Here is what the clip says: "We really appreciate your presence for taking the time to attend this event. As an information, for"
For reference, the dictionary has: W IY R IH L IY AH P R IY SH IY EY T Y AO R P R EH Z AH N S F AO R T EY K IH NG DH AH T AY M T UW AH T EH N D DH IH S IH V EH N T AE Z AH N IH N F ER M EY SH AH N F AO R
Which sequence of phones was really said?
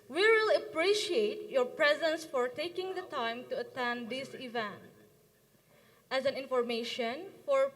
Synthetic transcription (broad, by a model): W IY W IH L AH P R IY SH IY EY T Y AO R P R EH Z AH N S F AO R T EY K IH NG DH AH T AY M T UW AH T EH N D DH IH S IH V EH N T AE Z AH N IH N F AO M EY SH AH N F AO R